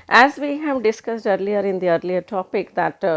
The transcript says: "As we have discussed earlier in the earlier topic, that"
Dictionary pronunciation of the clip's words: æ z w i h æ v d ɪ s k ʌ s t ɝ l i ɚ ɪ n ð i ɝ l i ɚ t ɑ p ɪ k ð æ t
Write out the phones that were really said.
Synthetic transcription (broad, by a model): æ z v i h æ v d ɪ s k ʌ s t ɝ l i ɚ ɪ n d i ɝ l i ɚ t ɑ p ɪ k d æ t